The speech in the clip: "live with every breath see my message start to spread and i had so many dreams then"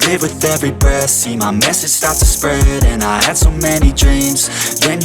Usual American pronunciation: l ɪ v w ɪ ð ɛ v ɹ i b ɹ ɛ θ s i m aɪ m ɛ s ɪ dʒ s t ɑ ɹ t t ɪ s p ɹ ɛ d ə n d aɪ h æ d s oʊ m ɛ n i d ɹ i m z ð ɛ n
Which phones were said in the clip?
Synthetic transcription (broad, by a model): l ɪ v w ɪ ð ɛ v ɹ i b ɛ s i m aɪ m ɛ s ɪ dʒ s t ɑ ɹ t t ɪ s p ɹ ɛ d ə n aɪ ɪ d s oʊ m ɛ n i d ɹ i m z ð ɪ n